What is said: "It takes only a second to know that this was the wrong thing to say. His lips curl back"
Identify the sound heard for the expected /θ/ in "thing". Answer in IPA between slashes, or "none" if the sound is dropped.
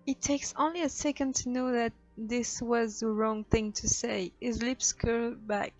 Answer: /θ/